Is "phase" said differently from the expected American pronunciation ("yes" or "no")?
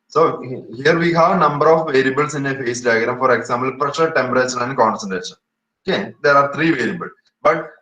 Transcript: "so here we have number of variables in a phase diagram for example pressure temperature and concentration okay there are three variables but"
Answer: yes